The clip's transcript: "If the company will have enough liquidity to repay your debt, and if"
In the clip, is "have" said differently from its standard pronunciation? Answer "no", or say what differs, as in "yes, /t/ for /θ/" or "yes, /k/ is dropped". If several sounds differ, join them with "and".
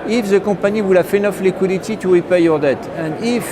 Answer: yes, /f/ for /v/